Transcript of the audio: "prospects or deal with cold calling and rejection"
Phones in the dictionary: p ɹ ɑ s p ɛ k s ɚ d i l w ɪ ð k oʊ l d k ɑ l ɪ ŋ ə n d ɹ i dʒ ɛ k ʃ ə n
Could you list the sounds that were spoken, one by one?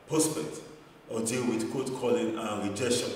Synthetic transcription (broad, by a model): p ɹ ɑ s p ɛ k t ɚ d i l w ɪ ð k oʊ d k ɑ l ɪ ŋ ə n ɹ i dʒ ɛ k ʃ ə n